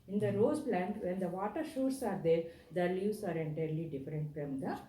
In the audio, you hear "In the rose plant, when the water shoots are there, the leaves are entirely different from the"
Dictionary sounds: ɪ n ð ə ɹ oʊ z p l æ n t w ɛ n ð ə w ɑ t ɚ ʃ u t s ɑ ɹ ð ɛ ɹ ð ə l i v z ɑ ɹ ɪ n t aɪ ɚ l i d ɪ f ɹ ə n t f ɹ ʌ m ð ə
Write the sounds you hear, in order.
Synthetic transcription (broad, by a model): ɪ n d ə ɹ oʊ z p l æ n t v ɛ n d ə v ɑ t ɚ ʃ u t s ɑ ɹ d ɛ ɹ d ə l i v s ɑ ɹ ɪ n t aɪ ɚ l i d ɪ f ɹ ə n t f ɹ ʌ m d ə